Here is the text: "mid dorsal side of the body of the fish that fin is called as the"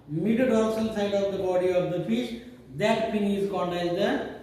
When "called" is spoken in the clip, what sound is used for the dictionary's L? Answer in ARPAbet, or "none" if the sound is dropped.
N